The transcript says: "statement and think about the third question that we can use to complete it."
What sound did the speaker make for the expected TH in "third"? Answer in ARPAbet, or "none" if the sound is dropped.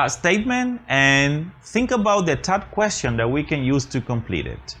T